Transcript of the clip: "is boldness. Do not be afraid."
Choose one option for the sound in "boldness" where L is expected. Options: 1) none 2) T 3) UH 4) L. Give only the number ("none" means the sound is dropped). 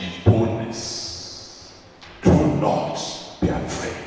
1